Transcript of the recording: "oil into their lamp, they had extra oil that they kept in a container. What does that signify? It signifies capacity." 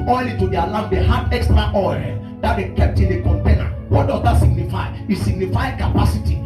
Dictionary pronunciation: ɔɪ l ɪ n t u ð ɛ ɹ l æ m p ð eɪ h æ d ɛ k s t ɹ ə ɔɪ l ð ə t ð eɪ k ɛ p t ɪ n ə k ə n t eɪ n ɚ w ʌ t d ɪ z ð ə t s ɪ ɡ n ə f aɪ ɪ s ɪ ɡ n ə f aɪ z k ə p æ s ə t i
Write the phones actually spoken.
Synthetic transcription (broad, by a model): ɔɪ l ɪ t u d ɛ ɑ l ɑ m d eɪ h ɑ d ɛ k s t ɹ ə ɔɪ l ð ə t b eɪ k ɛ p t ɪ n ə k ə n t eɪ n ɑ w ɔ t d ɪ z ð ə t s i ɡ n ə f aɪ ɪ s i ɡ n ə f aɪ k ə p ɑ s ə t i